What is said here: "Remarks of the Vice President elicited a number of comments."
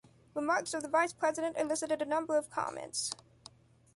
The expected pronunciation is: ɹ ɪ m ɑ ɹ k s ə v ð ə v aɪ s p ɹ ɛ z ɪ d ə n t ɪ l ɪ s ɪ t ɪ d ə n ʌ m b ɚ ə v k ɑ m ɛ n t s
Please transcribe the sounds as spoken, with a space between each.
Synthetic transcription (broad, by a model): ɹ ɪ m ɑ ɹ k s ə v ð ə v aɪ s p ɹ ɛ z ɪ d ə n t ɪ l ɪ s ɪ t ɪ d ə n ʌ m b ɚ ə v k ɑ m ɛ n t s